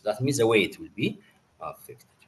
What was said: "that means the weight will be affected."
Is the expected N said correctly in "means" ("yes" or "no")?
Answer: no